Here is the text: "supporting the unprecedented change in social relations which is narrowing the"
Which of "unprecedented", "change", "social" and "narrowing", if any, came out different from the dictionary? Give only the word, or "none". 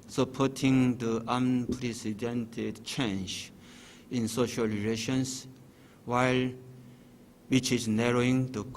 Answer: none